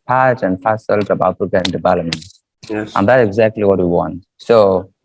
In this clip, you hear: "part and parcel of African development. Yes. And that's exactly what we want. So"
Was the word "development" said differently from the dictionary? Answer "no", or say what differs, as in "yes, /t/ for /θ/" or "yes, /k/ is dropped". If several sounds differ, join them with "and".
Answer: yes, /p/ is dropped